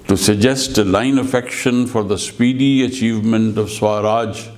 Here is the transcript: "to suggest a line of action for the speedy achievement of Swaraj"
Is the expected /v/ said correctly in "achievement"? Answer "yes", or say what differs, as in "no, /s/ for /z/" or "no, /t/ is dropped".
yes